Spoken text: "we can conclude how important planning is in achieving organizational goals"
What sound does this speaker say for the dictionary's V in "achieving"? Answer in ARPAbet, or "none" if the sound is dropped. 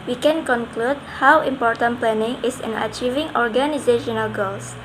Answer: V